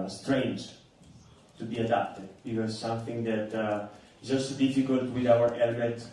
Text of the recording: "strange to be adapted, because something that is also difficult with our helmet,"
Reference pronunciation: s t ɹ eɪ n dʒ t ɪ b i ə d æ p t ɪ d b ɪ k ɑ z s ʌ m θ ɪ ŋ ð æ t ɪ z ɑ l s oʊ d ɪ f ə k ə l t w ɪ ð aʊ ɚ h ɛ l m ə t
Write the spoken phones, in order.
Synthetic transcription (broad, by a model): s t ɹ eɪ n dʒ t ɪ b i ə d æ p t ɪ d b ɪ k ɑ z s ʌ m θ ɪ ŋ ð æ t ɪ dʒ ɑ s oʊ d ɪ f ə k ə l t w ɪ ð aʊ ɚ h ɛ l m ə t